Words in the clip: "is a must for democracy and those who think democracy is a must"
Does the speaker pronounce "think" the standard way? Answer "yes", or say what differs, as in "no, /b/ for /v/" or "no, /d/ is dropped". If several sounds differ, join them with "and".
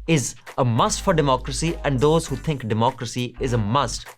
no, /t/ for /θ/